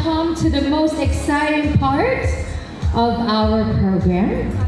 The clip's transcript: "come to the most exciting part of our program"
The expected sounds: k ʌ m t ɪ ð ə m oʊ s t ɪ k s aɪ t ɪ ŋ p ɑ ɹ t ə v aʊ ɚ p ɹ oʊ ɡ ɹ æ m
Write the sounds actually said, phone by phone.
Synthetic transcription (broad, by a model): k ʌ m t ɪ ð ə m oʊ s t ɪ k s aɪ t ɪ ŋ p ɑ ɹ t ə v aʊ ɚ p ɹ oʊ ɡ ɹ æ m